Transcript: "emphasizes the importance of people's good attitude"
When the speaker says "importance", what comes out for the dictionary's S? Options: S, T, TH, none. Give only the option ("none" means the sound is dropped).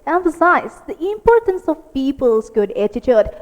S